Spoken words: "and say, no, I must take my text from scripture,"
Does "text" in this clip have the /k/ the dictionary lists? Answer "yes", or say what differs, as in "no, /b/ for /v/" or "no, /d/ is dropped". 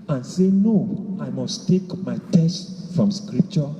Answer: no, /k/ is dropped